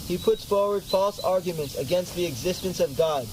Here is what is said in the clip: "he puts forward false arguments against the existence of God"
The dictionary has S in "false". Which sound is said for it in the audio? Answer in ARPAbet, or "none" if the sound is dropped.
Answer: S